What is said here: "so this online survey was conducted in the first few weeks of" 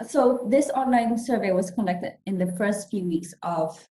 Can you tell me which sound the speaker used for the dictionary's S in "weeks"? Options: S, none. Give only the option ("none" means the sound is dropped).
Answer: S